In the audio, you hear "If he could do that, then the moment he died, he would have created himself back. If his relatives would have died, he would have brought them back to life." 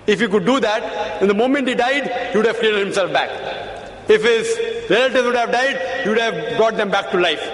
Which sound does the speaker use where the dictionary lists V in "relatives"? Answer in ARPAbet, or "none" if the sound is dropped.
none